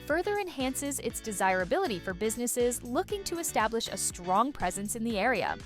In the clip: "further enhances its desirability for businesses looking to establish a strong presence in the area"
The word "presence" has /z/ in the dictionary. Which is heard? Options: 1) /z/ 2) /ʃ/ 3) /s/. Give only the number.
1